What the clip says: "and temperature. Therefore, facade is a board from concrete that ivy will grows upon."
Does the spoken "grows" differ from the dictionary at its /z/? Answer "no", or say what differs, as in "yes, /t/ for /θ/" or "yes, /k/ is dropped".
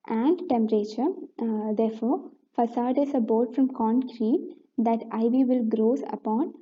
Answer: yes, /s/ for /z/